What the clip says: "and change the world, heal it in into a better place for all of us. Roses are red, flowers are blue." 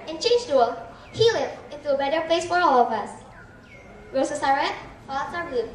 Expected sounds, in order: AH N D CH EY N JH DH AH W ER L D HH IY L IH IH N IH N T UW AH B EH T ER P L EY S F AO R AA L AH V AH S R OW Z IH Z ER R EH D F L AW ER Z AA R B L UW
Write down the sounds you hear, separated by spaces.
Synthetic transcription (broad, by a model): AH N CH EY N JH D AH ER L HH IY L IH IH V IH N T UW AH B EH T ER P L EY S F AO R AA L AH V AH S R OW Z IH S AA R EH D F AW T S AA R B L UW